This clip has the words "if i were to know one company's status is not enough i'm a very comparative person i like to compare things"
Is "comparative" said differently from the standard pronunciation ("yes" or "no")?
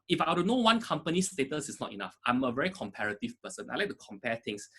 no